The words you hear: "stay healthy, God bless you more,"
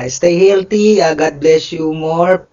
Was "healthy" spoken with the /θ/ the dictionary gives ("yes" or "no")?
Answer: no